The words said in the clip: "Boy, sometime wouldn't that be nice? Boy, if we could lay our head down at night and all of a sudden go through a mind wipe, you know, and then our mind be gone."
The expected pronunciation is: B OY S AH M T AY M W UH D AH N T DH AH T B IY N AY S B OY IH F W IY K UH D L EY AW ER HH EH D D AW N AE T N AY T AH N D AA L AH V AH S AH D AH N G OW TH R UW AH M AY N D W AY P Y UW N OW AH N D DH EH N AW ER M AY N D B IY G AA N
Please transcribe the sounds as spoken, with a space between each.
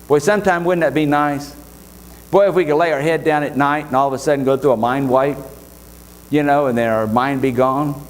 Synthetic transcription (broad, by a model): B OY S AH M T AY M W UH D N DH AH T B IY N AY S B OY IH F W IY K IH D L EY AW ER HH EH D D AW N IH T N AY T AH N AA L AH V AH S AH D N G OW TH R UW AH M AY N D W AY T Y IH N OW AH N DH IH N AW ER M AY N B IY G AA N